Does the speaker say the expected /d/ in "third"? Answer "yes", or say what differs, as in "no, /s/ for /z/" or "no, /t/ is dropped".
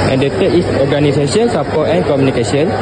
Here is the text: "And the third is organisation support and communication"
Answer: no, /d/ is dropped